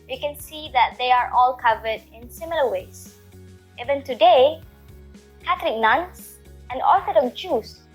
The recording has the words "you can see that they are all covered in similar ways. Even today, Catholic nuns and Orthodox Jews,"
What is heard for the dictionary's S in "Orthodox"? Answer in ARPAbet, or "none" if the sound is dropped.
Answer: none